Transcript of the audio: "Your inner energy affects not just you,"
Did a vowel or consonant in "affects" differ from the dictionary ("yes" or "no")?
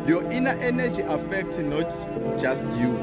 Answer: yes